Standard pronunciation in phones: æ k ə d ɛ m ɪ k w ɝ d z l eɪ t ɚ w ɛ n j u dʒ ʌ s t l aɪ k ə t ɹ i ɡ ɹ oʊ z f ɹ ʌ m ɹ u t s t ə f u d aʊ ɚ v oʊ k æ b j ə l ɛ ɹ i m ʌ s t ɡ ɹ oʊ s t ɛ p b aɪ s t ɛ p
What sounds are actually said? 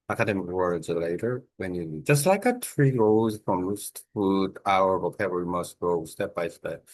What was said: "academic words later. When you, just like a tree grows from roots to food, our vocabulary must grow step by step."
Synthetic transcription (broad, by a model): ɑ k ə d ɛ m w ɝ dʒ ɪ l eɪ t ɚ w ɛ n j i dʒ ʌ s t l aɪ k ə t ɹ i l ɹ oʊ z f ɹ ʌ m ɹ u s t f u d aʊ ɚ w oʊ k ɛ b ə ɹ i m ʌ s t ɡ ɹ oʊ s t ɛ p b aɪ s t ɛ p